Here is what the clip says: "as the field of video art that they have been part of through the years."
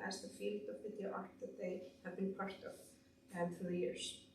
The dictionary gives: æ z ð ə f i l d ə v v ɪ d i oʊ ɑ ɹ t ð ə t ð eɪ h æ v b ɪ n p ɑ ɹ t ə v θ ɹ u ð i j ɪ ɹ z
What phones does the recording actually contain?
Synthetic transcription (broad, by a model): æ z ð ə f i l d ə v p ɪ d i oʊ ɑ ɹ t ð ə t ð eɪ h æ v b ɪ n p ɑ ɹ t ə v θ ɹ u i j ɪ ɹ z